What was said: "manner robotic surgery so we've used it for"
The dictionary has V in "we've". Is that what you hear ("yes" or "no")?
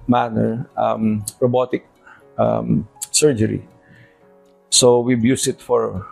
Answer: no